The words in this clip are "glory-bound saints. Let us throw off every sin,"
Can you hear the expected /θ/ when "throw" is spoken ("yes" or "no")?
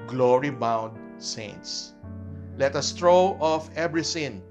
no